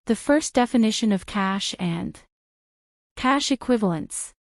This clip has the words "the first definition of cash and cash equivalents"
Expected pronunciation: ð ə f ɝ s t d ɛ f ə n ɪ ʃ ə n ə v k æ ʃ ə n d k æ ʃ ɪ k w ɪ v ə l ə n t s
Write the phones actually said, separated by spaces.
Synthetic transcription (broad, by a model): ð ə f ɝ s d ɛ f ə n ɪ ʃ ə n ə v k æ ʃ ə n k æ ʃ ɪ k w ɪ v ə l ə n t s